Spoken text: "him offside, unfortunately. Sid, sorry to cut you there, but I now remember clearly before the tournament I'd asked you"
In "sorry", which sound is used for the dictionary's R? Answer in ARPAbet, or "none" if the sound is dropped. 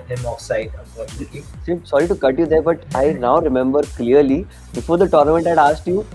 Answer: R